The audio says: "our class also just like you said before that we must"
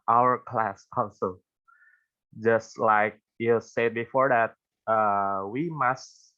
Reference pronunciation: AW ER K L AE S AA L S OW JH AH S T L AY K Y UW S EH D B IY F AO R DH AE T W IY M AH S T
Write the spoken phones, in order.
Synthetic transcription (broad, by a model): AW ER K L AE S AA N S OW JH AH S T L AY K Y UW S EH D B IY F AO R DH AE T W IY M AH S T